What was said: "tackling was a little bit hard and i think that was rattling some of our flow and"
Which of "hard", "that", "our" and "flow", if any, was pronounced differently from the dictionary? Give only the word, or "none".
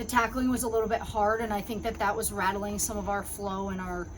none